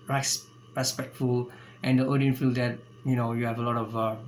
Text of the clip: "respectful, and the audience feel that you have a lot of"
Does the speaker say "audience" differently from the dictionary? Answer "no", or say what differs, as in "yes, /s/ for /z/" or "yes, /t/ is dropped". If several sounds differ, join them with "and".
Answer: yes, /s/ is dropped